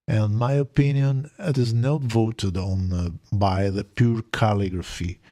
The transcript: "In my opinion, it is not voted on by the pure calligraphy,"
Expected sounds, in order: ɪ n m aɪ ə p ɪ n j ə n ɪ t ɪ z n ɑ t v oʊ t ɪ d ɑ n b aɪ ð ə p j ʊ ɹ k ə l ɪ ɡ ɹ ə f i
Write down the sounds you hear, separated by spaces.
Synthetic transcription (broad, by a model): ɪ n m aɪ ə p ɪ n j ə n ɪ t ɪ z n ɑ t v oʊ t ɪ d ɑ n b aɪ ð ə p j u ɹ k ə l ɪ ɡ ɹ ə f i